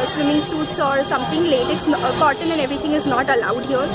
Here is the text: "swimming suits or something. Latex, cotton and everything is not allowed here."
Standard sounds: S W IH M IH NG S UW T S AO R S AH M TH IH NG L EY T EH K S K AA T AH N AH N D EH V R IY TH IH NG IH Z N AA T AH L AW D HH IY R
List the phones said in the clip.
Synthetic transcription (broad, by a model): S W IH M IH NG S UW T S AO R S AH M T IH NG L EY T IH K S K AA T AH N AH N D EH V R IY T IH NG IH Z N AA T AH L AW D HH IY R